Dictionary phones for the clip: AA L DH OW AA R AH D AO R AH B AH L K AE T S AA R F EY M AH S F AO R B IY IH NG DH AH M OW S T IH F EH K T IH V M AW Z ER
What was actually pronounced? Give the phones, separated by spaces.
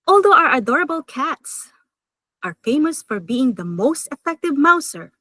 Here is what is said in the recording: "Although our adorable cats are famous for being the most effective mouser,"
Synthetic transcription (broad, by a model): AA L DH OW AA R AH D AO R AH B AH L K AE T S AA R F EY M AH S F AO R B IY IH NG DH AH M OW S T IH F EH K T IH V M AW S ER